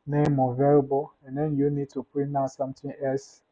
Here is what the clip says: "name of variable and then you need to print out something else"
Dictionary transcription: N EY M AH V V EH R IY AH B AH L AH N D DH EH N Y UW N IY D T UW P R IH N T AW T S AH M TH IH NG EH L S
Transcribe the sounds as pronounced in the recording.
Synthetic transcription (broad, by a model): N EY M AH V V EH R B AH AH N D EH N Y UW N IY D T UW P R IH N AW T S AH M T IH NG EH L S